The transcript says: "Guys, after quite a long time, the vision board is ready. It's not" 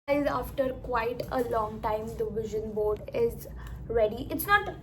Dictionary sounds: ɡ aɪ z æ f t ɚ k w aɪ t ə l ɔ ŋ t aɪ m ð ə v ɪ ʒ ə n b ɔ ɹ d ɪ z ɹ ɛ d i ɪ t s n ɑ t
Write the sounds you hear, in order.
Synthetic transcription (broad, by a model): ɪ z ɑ f t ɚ k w aɪ t ə l ɔ ŋ t aɪ m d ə v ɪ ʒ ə n b ɔ ɹ d ɪ z ɹ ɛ d i ɪ t s n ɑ t